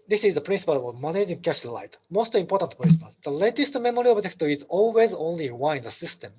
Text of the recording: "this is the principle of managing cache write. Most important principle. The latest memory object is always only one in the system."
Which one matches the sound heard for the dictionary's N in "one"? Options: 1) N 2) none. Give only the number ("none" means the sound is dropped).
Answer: 2